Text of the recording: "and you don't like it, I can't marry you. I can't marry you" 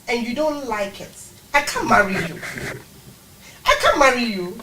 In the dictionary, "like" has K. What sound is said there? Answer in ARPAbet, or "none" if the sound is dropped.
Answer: K